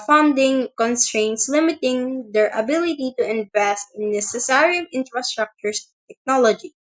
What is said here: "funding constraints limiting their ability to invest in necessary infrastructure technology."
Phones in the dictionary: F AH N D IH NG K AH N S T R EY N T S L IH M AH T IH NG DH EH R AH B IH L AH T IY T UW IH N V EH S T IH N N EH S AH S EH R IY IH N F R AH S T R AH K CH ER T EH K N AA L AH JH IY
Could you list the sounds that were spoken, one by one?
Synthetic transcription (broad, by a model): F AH N D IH NG K AH N S T R EY N T S L IH M AH T IH NG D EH R AH B IH L AH T IY T UW IH N V EH S T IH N N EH S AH S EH R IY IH N F R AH S T R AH K CH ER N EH K N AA L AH JH IY